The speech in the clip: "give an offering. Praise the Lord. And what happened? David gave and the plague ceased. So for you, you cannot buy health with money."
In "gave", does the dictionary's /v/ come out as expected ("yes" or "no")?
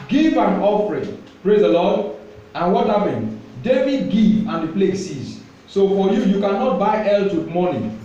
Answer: no